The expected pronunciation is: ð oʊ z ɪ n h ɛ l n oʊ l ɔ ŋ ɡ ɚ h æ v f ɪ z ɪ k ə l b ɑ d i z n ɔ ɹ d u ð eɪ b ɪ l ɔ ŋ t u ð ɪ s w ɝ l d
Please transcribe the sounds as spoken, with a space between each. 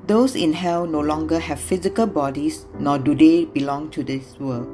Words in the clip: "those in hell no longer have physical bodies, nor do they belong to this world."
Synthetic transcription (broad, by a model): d oʊ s ɪ n h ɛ w n oʊ l ɔ ŋ ɡ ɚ h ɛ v f ɪ z ɪ k ə l b ɑ d i s n ɔ d u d eɪ b ɪ l ɔ ŋ t u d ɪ s w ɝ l